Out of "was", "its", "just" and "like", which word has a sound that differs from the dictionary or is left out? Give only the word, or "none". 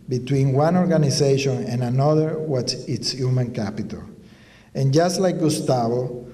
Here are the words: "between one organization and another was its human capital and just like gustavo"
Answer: was